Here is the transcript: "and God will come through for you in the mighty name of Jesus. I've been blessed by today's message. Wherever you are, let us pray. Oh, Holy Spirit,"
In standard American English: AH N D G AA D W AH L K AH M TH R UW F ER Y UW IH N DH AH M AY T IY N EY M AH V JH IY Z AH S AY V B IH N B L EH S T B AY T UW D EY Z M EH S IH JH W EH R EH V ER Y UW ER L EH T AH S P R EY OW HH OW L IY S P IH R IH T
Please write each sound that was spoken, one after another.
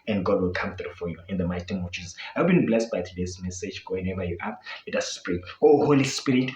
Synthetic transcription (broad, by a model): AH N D G AA D W AH L K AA M TH R UW F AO Y UW IH N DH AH M AY T IY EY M AH V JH IY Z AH S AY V B IH N B L EH S T B AY T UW D EY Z M EH S IH JH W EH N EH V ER Y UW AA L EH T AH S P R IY OW HH OW L IY S P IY R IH T